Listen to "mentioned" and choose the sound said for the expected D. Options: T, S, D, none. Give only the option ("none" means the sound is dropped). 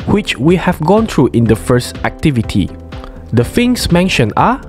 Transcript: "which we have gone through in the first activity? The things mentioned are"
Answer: none